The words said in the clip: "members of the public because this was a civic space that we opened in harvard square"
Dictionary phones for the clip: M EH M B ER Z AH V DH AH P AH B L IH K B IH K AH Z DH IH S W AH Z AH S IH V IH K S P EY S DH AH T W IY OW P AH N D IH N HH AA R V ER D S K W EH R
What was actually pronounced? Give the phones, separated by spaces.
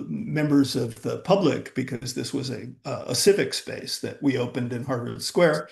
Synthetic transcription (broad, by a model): M EH M B ER Z AH V DH AH P AH B L IH K B IH K AH Z DH IH S W AH Z AH S IH V IH K S P EY S DH AH T W IY OW P AH N D IH N HH AA R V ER S K W EH R